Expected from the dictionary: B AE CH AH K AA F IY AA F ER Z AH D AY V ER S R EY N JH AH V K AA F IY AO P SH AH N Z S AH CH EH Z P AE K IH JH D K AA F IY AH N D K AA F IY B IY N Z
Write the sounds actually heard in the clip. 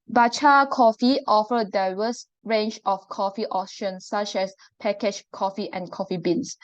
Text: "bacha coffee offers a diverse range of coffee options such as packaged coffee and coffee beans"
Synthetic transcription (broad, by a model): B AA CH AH K AA F IY AA F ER AH D AY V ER S R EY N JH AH F K AA F IY AO SH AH N S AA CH EH S P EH K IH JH K AA F IY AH N K AA F IY B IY N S